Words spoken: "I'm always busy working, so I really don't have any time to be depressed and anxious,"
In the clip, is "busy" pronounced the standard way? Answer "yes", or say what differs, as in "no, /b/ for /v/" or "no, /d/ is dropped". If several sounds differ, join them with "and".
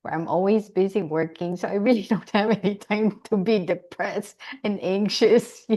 yes